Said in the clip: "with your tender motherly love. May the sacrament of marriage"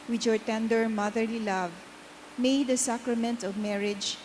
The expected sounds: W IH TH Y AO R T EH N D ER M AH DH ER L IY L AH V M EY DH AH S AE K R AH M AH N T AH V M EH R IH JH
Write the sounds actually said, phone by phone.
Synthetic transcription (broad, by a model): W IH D Y AO R T EH N D ER M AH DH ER L IY L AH V M EY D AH S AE K R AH M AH N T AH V M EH R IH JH